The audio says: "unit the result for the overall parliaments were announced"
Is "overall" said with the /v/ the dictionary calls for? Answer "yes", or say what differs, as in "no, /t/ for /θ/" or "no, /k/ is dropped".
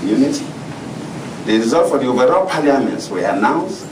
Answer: yes